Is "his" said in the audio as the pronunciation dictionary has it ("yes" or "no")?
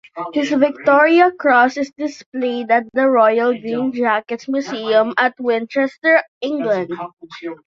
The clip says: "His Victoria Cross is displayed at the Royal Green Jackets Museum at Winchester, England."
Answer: no